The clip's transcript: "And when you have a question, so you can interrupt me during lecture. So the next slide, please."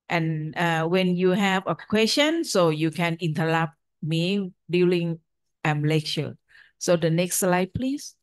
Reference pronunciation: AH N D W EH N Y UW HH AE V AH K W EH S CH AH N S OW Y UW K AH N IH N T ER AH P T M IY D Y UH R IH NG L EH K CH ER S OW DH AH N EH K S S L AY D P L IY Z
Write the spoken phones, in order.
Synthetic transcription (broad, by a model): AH N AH W EH N Y UW HH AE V AH K W EH S CH AH N S OW Y UW K AH N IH N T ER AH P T M IY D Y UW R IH NG L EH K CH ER S OW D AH N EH K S S L AY D P L IY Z